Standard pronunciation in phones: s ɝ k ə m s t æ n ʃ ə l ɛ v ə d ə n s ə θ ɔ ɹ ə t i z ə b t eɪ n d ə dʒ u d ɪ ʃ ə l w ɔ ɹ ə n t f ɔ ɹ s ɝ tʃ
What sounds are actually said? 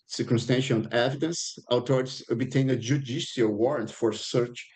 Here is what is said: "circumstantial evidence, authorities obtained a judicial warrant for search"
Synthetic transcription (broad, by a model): s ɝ k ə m s t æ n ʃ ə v ɛ v ə d ə n s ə t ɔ ɹ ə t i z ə b t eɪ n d ə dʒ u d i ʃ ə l w ɔ ɹ ə n t f ɔ ɹ s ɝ tʃ